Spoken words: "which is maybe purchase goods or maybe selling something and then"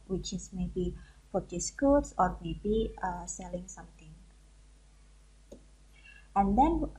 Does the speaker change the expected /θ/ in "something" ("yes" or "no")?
yes